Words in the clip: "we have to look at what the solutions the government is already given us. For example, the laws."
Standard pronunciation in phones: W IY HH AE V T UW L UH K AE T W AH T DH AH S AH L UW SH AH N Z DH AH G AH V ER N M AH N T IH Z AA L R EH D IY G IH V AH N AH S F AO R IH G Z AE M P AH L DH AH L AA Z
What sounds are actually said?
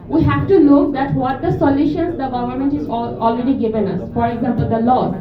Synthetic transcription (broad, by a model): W IY HH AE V T UW N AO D AE T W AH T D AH S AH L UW SH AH N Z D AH G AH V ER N M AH N T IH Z AA L R EH D IY G IH V AH N AH S F AO R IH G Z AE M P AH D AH L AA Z